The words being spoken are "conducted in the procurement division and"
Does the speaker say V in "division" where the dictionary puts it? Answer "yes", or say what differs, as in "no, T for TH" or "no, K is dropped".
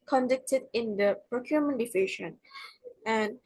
no, F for V